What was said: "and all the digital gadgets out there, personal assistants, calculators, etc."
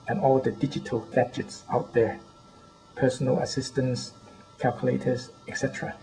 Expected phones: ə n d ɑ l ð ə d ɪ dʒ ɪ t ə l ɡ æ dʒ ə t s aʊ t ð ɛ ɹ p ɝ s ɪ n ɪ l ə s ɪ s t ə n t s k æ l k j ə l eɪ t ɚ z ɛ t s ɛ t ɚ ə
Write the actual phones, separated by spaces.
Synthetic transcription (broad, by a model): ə n ɑ l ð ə d ɪ dʒ ɪ t ə l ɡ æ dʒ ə t s aʊ t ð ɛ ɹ p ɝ s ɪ n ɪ l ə s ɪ s t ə n s k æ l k j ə l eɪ t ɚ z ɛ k s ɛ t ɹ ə